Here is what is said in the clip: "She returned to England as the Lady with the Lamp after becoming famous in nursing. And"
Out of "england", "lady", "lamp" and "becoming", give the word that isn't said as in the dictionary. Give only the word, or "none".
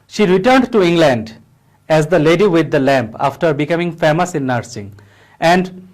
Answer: none